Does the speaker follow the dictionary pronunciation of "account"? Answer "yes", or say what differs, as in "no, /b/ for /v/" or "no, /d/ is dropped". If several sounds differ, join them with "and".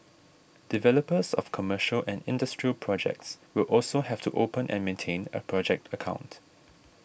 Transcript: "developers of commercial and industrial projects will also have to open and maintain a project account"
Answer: yes